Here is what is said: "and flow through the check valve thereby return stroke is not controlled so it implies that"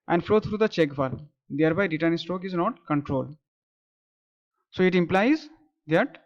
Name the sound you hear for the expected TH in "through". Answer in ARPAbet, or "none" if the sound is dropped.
T